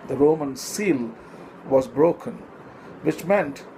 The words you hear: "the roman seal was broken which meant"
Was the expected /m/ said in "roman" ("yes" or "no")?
yes